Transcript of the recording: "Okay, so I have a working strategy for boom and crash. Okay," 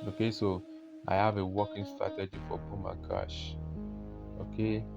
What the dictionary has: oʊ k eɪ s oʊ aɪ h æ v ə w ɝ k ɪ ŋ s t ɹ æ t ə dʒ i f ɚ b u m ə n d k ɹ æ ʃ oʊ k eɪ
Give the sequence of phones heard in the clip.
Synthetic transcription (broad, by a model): oʊ k eɪ s oʊ aɪ h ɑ v ə w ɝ k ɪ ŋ s t ɹ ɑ t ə dʒ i f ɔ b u m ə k ɑ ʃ oʊ k eɪ